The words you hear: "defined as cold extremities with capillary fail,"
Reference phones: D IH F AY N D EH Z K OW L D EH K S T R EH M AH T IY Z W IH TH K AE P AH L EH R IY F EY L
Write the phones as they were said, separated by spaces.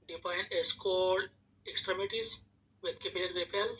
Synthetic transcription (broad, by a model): D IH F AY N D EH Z K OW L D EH K S T R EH M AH T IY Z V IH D K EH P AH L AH L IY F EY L